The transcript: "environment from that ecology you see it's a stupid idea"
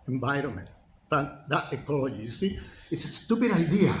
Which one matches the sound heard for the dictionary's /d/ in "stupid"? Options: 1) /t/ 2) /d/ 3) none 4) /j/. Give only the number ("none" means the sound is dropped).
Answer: 2